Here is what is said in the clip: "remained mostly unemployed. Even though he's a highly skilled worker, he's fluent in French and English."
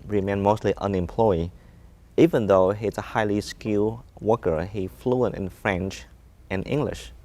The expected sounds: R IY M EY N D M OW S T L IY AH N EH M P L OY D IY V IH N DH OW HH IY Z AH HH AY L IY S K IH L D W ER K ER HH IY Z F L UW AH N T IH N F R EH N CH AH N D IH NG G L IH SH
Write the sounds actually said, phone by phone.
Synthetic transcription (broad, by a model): R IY M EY N M OW S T L IY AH N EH M P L OY IY V IH N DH OW HH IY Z AH HH AY L IY S K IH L W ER K ER HH IY F L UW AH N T IH N F R EH N CH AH N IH NG G L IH SH